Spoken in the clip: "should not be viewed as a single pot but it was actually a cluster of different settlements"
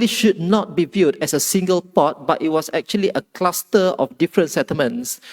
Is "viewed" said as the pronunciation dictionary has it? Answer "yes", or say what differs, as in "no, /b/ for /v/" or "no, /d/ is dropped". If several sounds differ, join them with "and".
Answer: yes